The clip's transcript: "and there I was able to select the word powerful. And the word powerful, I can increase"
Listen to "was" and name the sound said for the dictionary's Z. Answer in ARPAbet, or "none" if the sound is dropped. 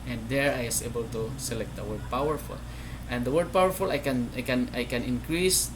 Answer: S